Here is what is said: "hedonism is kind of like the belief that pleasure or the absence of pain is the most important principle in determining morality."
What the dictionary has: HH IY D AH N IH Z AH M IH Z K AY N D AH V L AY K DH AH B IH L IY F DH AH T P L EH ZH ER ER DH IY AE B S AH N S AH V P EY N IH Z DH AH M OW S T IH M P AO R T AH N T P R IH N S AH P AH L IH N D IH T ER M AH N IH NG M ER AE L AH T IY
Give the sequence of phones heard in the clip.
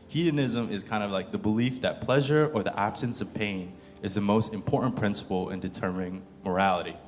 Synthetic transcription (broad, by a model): HH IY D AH N IH Z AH M IH Z K AY N D AH V L AY K DH AH B IH L IY F DH AH T P L EH ZH ER ER DH IY AE B S AH N S AH V P EY N IH Z DH AH M OW S T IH M P AO R T N P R IH N S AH P L IH N D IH T ER M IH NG M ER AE L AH T IY